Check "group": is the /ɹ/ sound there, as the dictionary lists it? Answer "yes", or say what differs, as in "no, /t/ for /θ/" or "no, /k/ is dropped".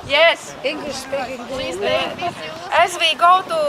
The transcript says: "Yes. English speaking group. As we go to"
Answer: no, /ɹ/ is dropped